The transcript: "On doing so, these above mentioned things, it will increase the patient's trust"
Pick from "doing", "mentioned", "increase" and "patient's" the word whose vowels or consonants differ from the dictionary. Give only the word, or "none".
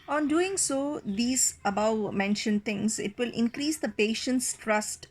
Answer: none